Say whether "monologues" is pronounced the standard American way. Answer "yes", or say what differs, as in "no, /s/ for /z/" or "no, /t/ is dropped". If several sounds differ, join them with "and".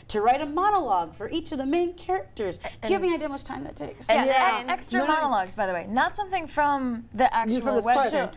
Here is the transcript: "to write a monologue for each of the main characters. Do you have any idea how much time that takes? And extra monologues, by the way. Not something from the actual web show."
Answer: yes